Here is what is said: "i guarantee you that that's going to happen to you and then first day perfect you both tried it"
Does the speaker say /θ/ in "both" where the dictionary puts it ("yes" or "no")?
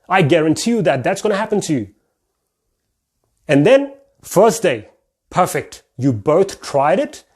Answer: yes